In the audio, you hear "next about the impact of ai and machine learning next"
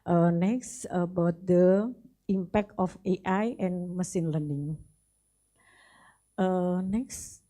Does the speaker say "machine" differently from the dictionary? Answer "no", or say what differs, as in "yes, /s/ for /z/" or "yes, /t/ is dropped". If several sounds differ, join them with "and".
yes, /s/ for /ʃ/